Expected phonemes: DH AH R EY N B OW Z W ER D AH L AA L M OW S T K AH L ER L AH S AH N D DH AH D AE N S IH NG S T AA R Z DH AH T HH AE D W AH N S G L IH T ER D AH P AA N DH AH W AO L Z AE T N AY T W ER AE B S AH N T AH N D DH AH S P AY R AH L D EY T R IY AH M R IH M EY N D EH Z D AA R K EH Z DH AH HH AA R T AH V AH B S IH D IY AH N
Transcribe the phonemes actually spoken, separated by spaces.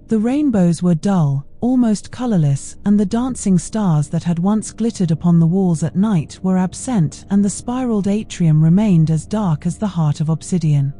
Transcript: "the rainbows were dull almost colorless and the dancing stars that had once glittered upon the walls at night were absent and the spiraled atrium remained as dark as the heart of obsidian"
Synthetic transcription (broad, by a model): DH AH R EY N B OW Z W ER D AH L AA L M OW S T K AH L ER L AH S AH N DH AH D AE N S IH NG S T AA R Z DH AH T HH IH D W AH N S G L IH T ER D AH P AA N DH AH W AO L Z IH T N AY T W ER AE B S AH N T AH N DH AH S P AY R L D EY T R IY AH M R IH M EY N D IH Z D AA R K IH Z DH AH HH AA R T AH V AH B S IH D IY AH N